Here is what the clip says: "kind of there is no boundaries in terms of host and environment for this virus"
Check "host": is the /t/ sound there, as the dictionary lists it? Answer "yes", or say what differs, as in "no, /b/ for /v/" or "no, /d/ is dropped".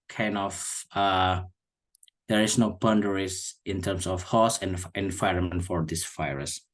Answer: no, /t/ is dropped